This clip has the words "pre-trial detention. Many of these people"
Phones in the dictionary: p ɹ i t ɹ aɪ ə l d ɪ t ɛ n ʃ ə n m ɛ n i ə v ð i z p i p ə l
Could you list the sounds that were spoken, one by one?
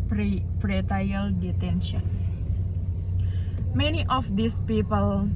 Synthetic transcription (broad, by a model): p ɹ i t aɪ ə l d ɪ t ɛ n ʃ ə n m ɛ n i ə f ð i s p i p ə l